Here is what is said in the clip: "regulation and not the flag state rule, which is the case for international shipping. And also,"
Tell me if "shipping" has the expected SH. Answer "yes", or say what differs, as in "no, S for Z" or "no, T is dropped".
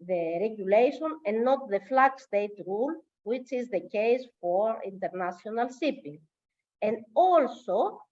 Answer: no, S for SH